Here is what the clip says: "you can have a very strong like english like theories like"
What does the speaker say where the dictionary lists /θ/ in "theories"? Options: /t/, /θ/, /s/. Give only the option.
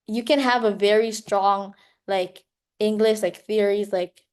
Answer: /θ/